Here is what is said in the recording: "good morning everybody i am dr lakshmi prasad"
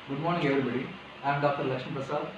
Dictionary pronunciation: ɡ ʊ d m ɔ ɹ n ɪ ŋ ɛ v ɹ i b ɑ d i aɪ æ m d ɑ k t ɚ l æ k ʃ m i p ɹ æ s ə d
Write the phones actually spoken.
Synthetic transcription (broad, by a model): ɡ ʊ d m ɔ ɹ n ɪ ŋ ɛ v ɹ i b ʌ d i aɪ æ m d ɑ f t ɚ l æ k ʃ i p ɹ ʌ s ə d